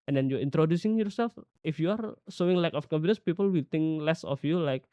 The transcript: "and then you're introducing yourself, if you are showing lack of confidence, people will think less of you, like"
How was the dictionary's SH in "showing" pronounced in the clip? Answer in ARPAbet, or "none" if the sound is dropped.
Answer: S